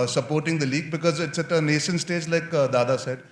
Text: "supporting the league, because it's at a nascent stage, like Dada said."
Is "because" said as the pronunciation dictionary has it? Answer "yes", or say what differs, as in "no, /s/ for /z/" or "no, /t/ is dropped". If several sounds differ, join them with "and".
yes